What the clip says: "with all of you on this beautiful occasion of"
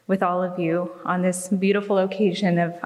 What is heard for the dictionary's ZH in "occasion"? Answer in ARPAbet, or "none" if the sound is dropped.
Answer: ZH